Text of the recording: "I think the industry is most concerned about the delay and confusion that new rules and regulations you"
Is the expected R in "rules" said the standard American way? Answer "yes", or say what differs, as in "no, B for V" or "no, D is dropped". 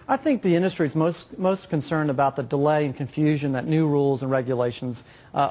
yes